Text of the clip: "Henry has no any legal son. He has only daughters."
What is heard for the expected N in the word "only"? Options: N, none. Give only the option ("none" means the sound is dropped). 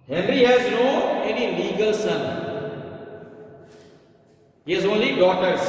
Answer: N